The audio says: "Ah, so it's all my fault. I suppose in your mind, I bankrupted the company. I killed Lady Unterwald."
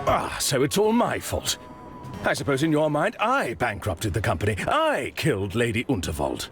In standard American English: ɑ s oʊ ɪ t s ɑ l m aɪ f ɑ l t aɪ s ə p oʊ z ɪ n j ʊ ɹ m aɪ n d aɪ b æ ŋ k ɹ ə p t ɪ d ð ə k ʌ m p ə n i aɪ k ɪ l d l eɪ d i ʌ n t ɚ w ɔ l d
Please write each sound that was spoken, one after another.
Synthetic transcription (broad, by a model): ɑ s oʊ ɪ t s ɑ l m aɪ f ɑ l t aɪ s ə p oʊ z ɪ n j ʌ ɹ m aɪ n d aɪ b æ ŋ k ɹ ə p t ɪ d ð ə k ʌ m p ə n i aɪ k ɪ l d l eɪ d i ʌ n t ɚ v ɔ l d